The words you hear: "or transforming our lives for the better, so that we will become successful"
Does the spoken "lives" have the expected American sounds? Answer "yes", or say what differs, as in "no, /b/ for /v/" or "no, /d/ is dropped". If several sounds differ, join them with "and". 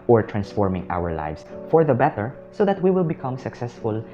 no, /s/ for /z/